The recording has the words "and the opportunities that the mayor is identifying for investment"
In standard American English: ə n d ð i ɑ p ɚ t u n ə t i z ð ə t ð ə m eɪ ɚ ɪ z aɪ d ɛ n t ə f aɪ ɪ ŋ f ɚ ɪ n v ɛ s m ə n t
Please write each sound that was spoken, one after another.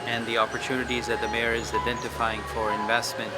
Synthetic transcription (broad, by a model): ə n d ð i ɑ p ɚ t u n ə t i z ð ə t ð ə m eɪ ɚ ɪ z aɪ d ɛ n t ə f aɪ ɪ ŋ f ɚ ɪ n v ɛ s m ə n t